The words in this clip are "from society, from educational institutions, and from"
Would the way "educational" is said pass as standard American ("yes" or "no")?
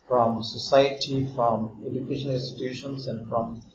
no